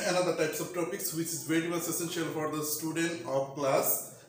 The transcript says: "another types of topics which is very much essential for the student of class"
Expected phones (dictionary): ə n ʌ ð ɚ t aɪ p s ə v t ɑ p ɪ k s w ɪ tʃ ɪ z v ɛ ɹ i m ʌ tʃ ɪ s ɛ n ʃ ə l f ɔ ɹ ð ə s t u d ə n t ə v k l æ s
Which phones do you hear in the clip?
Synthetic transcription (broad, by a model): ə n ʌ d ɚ t aɪ p s ə v t ɑ p ɪ k s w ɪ tʃ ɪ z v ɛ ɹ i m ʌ s ɪ s ɛ n ʃ ə l f ɔ ɹ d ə s t u d ə n t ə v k l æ s